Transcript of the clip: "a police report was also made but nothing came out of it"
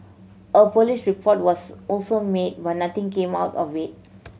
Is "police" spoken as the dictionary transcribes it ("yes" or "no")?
no